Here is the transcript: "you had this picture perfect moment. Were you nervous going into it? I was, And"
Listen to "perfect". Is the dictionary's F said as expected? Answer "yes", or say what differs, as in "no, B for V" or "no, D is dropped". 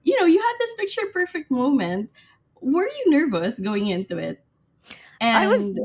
yes